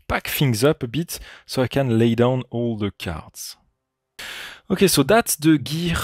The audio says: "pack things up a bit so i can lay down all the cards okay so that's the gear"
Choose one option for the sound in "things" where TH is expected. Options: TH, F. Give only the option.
F